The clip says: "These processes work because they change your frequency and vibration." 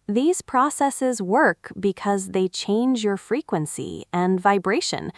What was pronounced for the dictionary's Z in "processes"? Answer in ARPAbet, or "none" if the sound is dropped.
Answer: Z